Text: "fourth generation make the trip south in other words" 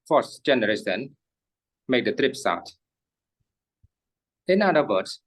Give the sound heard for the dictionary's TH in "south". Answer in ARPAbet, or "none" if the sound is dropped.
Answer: T